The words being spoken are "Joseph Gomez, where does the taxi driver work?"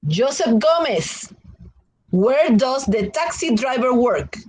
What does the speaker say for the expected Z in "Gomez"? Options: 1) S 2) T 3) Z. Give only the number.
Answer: 1